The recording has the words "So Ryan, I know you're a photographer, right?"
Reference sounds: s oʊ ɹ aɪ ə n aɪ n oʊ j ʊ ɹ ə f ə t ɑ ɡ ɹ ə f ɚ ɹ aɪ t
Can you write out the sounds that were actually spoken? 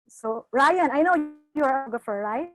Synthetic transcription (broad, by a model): s oʊ ɹ aɪ ə n aɪ n oʊ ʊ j ə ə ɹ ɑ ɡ ə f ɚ ɹ aɪ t